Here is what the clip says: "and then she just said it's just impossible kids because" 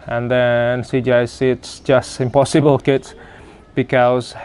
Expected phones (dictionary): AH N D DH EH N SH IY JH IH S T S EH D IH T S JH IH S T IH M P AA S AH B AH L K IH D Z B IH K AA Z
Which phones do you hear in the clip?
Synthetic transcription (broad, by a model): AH N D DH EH N S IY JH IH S S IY IH T S JH IH S T IH M P AA S AH B AH L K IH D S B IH K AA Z